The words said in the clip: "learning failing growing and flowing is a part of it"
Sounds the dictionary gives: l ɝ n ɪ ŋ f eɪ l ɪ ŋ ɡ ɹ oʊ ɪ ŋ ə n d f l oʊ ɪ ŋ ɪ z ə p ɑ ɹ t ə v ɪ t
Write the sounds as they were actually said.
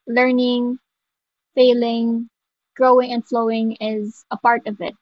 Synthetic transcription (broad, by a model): l ɝ n ɪ ŋ f eɪ l ɪ ŋ ɡ ɹ oʊ ɪ ŋ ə n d f l oʊ ɪ ŋ ɪ z ə p ɑ ɹ t ə v ɪ t